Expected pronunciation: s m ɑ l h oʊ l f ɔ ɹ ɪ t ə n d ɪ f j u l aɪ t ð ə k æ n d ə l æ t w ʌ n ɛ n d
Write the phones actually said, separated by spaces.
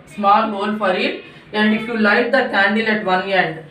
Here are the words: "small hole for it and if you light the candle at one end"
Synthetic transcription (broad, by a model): s m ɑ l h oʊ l f ɔ ɹ ɪ t ə n d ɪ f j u l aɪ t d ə k æ n d ə l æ t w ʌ n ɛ n d